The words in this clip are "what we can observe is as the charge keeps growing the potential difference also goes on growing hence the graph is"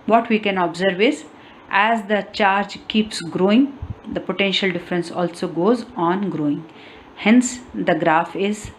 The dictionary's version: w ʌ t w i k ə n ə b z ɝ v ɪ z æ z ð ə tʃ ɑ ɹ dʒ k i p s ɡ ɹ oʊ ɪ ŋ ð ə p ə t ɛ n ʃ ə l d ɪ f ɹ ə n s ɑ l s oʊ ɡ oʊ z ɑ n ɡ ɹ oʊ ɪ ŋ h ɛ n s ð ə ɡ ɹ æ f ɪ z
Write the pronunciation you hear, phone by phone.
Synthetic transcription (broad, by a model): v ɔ t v i k ə n ə b z ɝ v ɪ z æ z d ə tʃ ɑ ɹ dʒ k i p s ɡ ɹ oʊ ɪ ŋ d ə p ə t ɛ n ʃ ə l d ɪ f ɹ ə n s ɑ l s oʊ ɡ oʊ z ɑ n ɡ ɹ oʊ ɪ ŋ h ɛ n s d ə ɡ ɹ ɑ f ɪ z